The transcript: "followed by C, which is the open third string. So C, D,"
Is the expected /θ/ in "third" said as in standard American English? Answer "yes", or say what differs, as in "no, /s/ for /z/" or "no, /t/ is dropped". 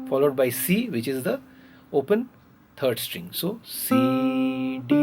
no, /t/ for /θ/